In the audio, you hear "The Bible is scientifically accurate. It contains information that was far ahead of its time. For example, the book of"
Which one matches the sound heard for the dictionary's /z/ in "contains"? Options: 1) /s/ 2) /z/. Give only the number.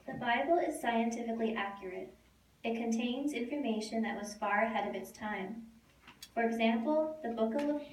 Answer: 2